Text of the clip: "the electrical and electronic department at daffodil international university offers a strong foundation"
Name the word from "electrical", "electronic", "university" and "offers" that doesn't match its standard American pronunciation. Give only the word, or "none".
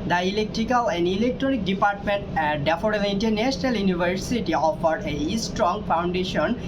offers